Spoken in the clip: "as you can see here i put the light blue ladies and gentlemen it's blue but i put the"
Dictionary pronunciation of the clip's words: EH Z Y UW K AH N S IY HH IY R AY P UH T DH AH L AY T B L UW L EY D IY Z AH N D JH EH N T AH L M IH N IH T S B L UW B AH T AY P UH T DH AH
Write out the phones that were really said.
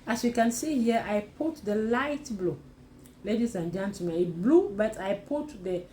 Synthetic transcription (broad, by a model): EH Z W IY K AH N S IY HH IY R AY P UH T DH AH L AY T B L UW L EY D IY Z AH N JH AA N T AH M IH IH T B L UW B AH T AY P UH T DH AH